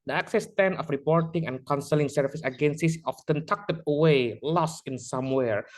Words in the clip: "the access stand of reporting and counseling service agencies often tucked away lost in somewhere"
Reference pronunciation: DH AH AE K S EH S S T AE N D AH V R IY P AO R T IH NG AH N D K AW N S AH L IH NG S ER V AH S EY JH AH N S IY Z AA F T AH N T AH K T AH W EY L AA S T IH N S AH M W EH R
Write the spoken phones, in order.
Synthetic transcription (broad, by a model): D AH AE K S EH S S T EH N AH F R IY P AO R T IH NG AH N K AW N S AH L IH NG S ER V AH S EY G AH N S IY S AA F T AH N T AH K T AH W EY L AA S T IH N S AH M W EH R